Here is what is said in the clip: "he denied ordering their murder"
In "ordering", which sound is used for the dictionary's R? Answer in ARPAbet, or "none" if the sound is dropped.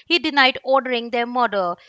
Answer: R